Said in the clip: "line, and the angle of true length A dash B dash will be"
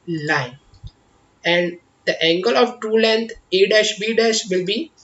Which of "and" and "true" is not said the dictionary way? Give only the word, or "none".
true